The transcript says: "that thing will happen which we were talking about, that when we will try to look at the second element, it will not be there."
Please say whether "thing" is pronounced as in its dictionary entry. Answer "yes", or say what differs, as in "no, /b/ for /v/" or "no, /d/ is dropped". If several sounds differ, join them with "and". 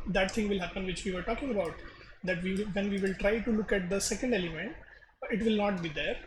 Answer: no, /t/ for /θ/